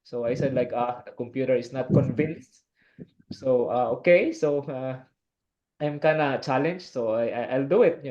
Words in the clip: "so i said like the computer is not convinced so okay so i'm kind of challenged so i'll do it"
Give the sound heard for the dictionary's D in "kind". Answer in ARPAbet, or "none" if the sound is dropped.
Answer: none